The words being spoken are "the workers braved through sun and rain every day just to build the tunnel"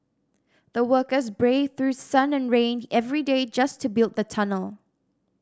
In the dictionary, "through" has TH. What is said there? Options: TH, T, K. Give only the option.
TH